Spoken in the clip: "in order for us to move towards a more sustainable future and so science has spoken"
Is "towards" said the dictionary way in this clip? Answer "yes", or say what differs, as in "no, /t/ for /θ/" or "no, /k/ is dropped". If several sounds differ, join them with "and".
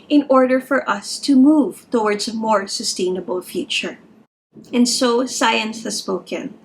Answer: yes